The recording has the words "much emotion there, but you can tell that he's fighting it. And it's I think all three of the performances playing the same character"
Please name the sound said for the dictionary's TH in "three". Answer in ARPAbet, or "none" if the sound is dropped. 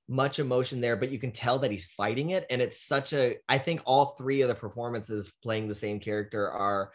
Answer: TH